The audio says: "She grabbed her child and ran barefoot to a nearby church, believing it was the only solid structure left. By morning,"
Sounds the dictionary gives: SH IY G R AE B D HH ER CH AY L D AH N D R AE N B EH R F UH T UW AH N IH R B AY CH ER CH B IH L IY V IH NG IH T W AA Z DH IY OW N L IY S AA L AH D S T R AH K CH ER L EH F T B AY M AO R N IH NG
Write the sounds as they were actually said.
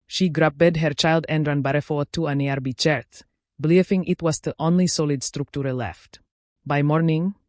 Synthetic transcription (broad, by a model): SH IY G R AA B D HH ER CH AY L D AH N D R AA N B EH R F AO T UW AH N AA R B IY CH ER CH B L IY F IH NG IH T W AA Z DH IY OW N L IY S AA L AH D S T R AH K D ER L EH F T B AY M AO R N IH NG